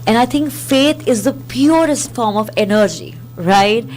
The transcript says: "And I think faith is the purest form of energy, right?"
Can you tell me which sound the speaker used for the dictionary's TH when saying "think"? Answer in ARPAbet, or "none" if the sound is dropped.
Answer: T